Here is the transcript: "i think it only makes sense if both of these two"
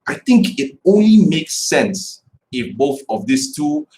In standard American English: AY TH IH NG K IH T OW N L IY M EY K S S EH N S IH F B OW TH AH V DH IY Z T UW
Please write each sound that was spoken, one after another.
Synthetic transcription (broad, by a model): AY TH IH NG K IH T OW N L IY M EY K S S EH N S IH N B OW TH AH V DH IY S T UW